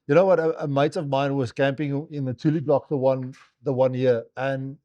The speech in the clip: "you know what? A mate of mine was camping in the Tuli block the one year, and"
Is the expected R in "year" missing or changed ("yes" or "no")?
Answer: yes